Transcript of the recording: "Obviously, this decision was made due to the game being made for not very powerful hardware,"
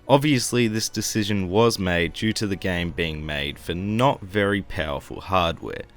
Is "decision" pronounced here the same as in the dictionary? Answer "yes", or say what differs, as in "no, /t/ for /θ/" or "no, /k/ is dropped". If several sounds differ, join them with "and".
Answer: yes